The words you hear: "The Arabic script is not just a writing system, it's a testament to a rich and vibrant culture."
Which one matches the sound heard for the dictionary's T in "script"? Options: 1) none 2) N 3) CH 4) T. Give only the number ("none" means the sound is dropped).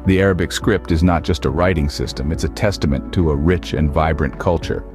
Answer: 4